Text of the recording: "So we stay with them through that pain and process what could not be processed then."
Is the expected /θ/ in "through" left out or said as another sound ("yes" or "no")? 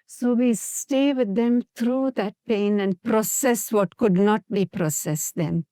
yes